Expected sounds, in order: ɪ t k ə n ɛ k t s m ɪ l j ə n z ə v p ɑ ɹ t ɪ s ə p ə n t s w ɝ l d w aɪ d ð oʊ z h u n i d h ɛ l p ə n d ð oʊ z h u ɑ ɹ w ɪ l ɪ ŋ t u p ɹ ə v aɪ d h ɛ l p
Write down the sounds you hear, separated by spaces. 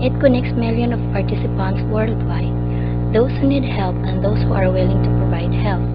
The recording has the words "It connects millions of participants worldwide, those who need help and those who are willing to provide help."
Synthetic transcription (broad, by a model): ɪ t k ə n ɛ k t s m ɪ l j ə n ə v p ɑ ɹ t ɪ s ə p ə n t s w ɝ l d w aɪ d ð oʊ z h u n i d h ɛ l p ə n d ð oʊ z h u ɑ ɹ w ɪ l ɪ ŋ t u p ɹ ə v aɪ d h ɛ l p